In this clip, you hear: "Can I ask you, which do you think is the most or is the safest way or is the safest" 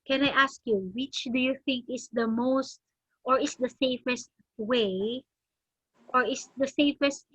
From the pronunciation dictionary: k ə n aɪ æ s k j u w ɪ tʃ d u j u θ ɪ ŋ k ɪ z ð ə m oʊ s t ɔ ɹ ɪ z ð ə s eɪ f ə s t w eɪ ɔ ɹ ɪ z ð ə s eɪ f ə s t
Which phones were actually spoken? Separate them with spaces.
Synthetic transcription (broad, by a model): k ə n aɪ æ s k j u w ɪ tʃ d u j u θ ɪ ŋ k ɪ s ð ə m oʊ s t ɔ ɹ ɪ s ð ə s eɪ f ə s t w eɪ ɔ ɹ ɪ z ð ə s eɪ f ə s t